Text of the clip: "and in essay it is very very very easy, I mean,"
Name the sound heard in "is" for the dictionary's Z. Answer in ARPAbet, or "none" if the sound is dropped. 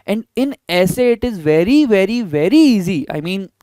Z